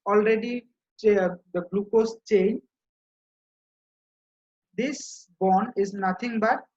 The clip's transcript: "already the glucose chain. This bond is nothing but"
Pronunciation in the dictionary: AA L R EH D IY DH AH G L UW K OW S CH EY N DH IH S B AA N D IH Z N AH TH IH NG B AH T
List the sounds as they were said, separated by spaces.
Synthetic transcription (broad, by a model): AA L R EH D IY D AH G L UW K OW S CH EY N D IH S B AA N IH Z N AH T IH NG B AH T